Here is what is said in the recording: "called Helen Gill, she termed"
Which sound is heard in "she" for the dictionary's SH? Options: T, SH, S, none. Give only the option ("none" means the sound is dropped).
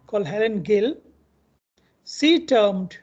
S